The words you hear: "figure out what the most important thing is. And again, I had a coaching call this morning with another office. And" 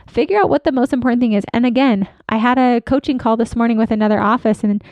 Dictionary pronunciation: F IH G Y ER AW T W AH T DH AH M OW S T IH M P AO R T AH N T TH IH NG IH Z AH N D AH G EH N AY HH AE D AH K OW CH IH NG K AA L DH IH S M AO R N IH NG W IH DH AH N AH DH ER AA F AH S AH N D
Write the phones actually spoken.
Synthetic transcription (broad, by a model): F IH G Y ER AW T W AH T DH AH M OW S T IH M P AO R T N TH IH NG IH Z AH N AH G EH N AY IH D AH K OW CH IH NG K AA L DH IH S M AO R N IH NG W IH DH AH N AH DH ER AA F AH S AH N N